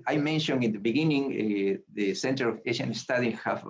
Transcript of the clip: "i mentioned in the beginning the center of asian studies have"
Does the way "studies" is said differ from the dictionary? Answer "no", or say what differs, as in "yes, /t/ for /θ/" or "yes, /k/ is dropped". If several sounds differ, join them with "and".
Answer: yes, /z/ is dropped